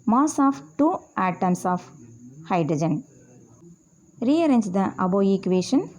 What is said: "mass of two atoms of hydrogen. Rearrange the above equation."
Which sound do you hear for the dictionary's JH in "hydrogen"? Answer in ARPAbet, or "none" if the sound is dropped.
JH